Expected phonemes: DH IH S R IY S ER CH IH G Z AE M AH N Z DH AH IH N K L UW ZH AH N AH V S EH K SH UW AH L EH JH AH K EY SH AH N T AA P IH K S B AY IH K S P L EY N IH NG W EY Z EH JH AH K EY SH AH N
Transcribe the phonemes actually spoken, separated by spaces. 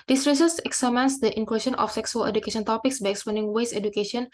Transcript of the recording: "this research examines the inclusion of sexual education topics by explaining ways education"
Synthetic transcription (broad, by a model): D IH S R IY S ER S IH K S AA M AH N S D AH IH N K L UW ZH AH N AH F S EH K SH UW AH L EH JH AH K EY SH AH N T AA P IH K S B AY IH K S P L EY N IH NG W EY S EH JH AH K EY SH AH N